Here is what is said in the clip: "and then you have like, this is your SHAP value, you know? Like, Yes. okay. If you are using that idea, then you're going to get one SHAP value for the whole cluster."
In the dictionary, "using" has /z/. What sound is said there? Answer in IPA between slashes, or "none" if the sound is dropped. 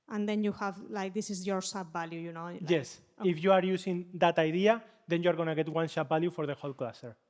/s/